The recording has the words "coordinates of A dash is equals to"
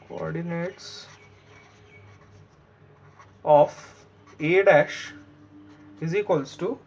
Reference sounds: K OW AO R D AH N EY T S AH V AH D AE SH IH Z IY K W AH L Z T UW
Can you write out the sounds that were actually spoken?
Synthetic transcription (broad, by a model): K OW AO R D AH N EY T S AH F AH D AE SH IH Z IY K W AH L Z T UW